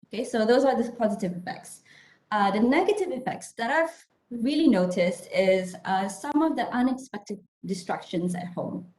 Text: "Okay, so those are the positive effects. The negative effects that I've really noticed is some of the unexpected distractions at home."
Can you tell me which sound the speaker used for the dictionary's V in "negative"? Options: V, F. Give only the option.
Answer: V